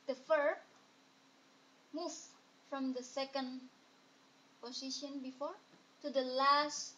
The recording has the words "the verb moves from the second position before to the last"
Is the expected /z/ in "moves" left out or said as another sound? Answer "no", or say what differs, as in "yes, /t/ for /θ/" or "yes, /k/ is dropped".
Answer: yes, /z/ is dropped